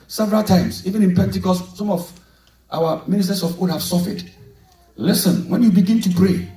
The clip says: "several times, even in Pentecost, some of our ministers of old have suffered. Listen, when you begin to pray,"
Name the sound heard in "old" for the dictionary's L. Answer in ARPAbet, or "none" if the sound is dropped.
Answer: none